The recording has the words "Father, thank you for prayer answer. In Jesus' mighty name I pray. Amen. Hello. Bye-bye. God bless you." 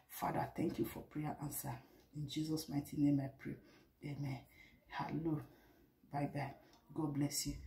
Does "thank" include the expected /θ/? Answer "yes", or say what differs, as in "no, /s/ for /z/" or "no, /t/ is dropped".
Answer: no, /t/ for /θ/